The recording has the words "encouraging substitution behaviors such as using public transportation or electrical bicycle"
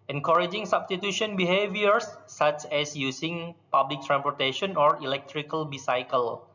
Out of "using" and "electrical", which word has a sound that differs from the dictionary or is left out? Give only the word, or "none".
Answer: using